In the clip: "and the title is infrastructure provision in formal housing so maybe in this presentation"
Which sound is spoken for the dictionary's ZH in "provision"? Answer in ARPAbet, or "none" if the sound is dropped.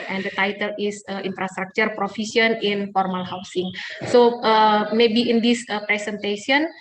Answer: S